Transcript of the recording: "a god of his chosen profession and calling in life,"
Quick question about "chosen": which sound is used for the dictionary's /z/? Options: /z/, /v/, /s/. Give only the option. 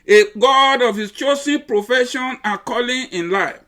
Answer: /s/